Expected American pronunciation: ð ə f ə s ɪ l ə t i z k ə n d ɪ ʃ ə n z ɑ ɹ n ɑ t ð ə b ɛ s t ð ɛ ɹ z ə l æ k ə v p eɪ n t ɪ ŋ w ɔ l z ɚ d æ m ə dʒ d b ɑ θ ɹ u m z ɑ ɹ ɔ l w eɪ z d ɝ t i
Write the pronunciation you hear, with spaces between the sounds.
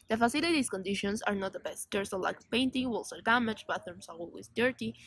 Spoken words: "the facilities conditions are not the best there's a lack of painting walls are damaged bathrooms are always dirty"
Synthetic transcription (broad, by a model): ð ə f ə s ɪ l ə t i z k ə n d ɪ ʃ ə n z ɑ ɹ n ɑ t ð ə b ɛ s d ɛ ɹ s ə l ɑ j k p eɪ n t ɪ ŋ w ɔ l s ɚ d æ m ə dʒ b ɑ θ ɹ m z ɑ ɹ ɔ l w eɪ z d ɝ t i